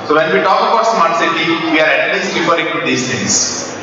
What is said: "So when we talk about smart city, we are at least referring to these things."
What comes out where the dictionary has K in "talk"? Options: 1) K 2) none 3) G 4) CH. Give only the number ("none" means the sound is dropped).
1